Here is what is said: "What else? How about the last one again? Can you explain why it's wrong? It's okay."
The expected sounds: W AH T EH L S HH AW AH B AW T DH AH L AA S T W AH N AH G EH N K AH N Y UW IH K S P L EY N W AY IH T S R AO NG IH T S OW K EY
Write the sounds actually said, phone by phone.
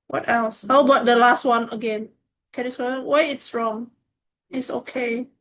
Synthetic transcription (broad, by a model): W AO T EH L S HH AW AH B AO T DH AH L AA S T W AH N AH G EH N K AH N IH S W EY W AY IH T S R AO NG IH T S OW K EY